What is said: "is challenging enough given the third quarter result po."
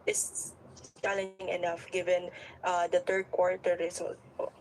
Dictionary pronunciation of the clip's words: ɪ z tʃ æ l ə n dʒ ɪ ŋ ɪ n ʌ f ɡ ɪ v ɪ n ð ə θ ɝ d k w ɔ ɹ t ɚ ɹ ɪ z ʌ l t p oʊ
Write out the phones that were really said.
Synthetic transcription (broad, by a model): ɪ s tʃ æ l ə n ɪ ŋ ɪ n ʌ f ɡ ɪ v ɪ n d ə t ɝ d k w ɔ ɹ t ɚ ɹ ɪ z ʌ l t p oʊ